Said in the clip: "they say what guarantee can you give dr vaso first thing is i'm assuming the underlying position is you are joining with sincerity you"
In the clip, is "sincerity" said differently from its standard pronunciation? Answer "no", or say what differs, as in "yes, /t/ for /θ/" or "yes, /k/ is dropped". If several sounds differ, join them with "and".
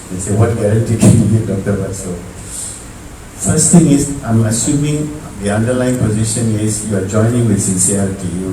yes, /ɹ/ is dropped